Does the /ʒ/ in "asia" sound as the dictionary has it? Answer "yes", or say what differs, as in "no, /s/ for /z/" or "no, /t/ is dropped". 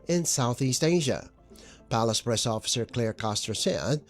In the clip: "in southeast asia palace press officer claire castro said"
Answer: yes